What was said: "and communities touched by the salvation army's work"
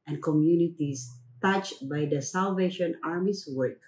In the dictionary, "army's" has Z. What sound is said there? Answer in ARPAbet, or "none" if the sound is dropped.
S